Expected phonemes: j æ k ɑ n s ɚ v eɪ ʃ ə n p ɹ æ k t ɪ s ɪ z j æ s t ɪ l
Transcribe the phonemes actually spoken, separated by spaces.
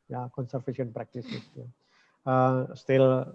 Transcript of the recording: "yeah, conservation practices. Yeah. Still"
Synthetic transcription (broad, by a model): j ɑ k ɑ n s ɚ f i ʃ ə n p ɹ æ k t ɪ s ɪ s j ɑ s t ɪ l